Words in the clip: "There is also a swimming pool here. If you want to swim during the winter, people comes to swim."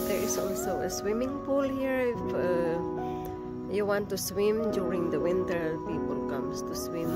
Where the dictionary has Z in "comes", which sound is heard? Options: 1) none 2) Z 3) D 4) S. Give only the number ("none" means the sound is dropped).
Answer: 4